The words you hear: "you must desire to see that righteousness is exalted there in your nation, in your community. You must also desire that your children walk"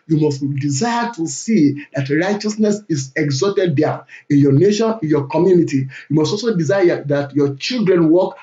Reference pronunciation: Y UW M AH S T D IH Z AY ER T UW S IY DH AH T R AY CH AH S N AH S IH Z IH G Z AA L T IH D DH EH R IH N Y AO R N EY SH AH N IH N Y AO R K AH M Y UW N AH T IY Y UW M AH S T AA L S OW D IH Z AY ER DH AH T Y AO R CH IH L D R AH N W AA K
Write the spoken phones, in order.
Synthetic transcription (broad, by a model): Y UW M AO S T D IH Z AY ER T UW S IY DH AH T R AY CH AH S N AH S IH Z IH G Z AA T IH D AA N IH N Y AO N EY SH AH N IH N Y AO K AH M Y UW N AH T IY Y UW M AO S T AA L S OW D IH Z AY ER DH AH T Y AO CH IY L D R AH N W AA K